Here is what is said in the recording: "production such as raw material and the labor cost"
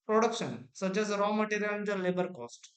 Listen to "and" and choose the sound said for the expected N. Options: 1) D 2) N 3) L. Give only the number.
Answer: 3